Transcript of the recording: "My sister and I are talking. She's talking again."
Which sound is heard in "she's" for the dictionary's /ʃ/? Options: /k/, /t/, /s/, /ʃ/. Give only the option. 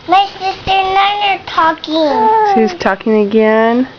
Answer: /s/